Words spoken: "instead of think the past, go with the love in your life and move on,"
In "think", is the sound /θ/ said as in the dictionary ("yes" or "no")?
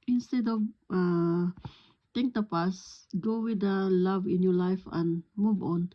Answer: no